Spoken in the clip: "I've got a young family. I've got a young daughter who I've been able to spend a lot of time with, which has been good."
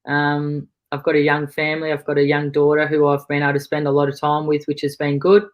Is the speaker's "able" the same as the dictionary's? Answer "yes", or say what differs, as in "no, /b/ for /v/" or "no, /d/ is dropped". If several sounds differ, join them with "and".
no, /b/ is dropped